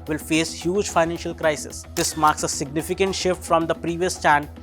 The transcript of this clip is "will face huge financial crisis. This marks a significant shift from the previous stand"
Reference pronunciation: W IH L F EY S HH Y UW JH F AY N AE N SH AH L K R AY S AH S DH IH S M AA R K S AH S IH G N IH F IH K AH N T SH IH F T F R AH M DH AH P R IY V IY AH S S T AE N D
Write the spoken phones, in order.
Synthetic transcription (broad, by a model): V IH L F EY S HH Y UW JH F AY N AE N SH AH L K R AY S AH S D IH S M AA R K S AH S IH G N IH F IH K AH N T SH IH F T F R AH M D AH P R IY V IY AH S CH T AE N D